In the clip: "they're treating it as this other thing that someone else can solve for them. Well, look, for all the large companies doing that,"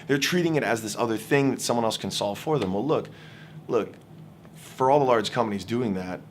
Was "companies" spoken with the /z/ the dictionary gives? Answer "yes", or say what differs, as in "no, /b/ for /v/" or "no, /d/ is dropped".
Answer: yes